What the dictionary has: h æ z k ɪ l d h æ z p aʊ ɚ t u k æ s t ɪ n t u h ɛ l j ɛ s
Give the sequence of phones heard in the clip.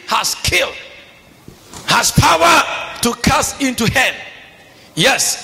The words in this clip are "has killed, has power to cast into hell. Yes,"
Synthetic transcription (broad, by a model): h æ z k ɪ l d h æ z p aʊ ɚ t u k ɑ s ɪ n t u h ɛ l j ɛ s